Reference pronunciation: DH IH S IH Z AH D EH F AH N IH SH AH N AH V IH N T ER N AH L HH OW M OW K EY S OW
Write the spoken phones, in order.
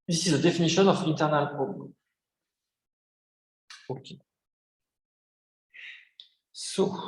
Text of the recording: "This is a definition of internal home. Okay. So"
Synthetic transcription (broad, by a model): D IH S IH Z AH D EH F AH N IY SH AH N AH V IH N T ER N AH L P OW OW K EY S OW